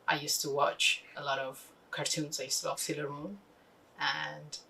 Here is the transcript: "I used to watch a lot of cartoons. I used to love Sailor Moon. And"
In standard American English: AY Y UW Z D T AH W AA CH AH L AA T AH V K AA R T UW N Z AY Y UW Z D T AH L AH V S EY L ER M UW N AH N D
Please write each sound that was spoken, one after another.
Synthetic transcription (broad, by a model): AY Y UW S T AH W AA CH AH L AA T AH V K AA R T UW N Z AY Y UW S T AH W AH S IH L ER M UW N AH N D